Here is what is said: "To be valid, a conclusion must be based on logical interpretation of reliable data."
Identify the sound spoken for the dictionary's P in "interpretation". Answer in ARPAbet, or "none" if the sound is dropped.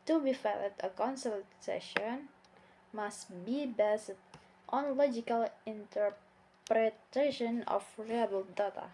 P